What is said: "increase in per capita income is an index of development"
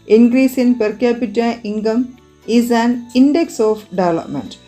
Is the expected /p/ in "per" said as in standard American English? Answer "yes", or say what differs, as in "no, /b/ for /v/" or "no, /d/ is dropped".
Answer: yes